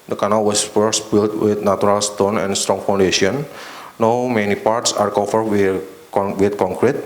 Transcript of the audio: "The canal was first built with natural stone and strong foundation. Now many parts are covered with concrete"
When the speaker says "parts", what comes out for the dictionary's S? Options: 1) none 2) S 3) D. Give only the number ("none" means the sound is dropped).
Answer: 2